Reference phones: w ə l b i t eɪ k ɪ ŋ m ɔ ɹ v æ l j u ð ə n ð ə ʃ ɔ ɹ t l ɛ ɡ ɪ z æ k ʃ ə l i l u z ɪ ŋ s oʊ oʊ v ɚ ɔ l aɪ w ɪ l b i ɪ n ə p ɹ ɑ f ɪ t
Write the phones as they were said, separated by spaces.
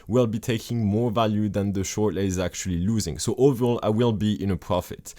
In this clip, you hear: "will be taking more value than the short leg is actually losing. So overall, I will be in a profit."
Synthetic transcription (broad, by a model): w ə l b i t eɪ k ɪ ŋ m ɔ ɹ v æ l j u ð ə n ð ə ʃ ɔ ɹ t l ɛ ɪ z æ k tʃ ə l i l u z ɪ ŋ s oʊ oʊ v ɚ ɔ l aɪ w ɪ l b i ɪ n ə p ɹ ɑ f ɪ t